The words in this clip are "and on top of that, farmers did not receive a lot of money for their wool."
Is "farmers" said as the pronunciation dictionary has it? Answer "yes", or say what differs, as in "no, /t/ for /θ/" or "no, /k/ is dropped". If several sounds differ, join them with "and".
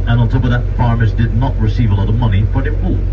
yes